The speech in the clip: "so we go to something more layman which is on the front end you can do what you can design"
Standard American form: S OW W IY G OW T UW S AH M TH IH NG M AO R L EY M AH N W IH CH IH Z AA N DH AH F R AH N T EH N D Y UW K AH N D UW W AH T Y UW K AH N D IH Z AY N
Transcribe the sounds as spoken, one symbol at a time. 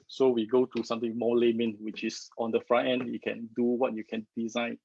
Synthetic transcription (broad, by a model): S OW W IY G OW T UW S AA M T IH NG M AO L EY M AH N W IH CH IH S AA N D AH F R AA T EH N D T K AH N D UW W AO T Y UW K AH N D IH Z AY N